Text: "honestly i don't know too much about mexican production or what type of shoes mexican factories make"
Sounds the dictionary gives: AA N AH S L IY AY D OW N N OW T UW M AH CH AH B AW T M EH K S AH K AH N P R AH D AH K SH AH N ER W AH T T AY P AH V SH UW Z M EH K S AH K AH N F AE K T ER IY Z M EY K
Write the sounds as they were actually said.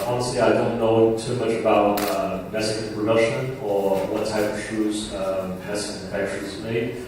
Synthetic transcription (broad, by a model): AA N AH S L IY AY D OW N N OW T UW M AH CH AH B AW T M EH S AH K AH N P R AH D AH SH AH N ER W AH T T AY P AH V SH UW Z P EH S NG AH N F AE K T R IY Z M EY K